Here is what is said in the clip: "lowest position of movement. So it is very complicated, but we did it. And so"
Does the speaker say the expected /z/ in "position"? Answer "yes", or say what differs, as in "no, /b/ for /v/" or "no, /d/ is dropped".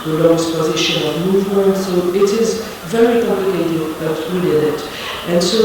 yes